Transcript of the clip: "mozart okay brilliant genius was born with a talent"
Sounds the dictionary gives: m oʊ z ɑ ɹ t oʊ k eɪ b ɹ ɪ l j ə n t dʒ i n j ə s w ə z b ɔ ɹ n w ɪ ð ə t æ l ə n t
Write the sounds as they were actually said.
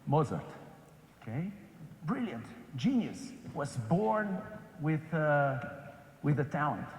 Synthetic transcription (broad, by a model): m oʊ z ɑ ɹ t oʊ k eɪ b ɹ ɪ l j ə n t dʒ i n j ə s w ə z b ɔ ɹ n w ɪ ð ə t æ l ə n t